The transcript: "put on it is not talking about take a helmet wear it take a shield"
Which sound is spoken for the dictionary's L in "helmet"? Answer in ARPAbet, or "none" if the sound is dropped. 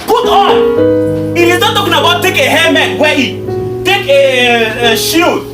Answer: none